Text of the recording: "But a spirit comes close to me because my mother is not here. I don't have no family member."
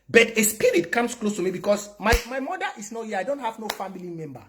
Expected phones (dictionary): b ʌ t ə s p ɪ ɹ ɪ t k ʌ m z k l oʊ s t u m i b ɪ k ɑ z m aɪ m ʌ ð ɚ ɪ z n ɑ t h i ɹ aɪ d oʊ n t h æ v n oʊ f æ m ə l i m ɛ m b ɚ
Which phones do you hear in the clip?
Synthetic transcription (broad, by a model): b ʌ t ə s p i ɹ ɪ t k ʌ m s k l oʊ s t u m i b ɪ k ɑ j m aɪ m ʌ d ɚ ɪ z n ɑ t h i aɪ d oʊ n t h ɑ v n oʊ f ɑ m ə l i m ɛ m b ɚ